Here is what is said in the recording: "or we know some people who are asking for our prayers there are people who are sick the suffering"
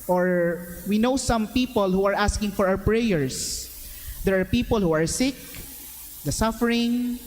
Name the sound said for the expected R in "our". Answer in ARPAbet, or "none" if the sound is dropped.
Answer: W